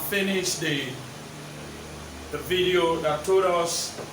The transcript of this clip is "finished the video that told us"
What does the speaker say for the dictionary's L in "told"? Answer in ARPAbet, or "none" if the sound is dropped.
none